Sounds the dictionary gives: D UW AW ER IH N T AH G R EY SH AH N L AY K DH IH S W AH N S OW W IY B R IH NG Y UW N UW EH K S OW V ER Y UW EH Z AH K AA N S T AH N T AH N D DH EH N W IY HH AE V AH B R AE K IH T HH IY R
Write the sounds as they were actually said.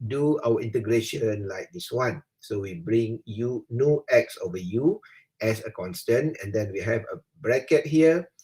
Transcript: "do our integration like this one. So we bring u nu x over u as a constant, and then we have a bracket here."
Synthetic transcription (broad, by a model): D UW AW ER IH N T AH G R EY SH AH N L AY K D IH S W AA N S OW W IY B R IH NG Y UW N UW EH K S OW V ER Y UW EH S AH K AA N S T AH N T AH N D EH N W IY HH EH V AH B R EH K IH T HH IY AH